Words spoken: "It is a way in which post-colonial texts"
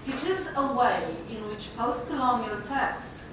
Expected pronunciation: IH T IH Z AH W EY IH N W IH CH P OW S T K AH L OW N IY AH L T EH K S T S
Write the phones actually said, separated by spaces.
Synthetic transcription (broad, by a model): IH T IH Z AH W EY IH N W IH CH P OW S T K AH L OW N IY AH T EH K S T